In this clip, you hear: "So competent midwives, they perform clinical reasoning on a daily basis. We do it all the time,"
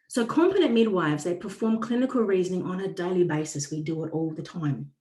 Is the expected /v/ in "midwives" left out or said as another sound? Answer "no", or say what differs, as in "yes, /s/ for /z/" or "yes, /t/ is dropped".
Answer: no